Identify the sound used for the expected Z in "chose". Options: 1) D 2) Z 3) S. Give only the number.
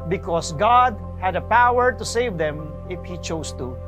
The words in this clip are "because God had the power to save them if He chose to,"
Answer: 3